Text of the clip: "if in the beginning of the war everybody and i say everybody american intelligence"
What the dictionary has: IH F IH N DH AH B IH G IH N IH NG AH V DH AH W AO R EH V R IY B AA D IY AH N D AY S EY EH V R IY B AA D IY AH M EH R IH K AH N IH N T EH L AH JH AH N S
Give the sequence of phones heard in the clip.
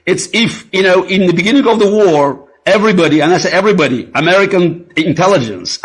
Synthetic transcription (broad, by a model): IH F IH N DH AH B IH G IH N IH NG AH V DH AH W AO R EH V R IY B AA D IY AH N AY S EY EH V R IY B AA D IY AH M EH R IH K AH N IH N T EH L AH JH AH N S